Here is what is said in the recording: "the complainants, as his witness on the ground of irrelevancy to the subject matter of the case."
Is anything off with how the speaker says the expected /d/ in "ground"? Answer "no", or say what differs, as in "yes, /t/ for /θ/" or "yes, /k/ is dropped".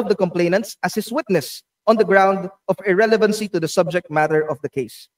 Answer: no